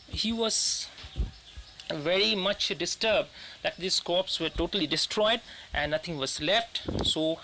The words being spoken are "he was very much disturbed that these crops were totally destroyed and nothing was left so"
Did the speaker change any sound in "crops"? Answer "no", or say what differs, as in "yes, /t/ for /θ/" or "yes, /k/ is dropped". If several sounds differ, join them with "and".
yes, /ɹ/ is dropped